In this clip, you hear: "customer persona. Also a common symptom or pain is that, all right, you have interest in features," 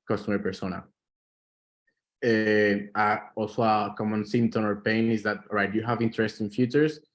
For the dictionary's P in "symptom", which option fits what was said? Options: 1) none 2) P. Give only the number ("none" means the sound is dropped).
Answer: 1